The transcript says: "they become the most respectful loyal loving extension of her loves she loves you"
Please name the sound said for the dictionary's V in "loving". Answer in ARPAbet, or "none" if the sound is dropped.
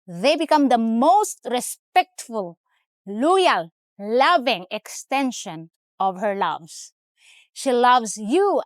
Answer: V